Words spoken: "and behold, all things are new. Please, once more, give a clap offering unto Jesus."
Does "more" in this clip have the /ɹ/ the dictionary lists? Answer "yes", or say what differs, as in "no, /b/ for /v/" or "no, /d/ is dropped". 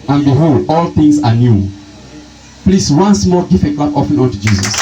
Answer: no, /l/ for /ɹ/